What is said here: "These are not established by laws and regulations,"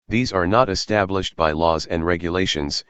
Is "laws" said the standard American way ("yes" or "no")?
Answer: yes